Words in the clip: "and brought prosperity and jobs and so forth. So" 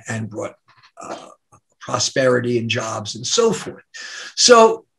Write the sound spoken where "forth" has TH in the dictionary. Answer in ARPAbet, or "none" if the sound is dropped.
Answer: TH